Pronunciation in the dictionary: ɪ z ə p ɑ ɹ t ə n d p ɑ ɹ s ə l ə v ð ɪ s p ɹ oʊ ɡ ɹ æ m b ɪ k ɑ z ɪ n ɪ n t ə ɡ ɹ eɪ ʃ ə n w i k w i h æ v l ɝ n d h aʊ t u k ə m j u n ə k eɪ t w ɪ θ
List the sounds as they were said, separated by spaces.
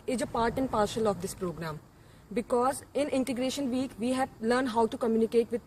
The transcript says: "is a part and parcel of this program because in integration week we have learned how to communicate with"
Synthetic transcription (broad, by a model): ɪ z ə p ɑ ɹ t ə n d p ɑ ɹ ʃ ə l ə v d ɪ s p ɹ oʊ ɡ ɹ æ m b ɪ k ɑ z ɪ n ɪ n t ə ɡ ɹ eɪ ʃ ə n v i k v i h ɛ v l ɝ n d h aʊ t u k ə m j u n ə k eɪ t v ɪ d